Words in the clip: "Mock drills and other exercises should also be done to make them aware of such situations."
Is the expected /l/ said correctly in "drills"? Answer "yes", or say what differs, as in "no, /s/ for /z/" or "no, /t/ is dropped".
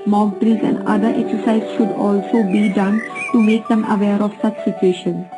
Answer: no, /l/ is dropped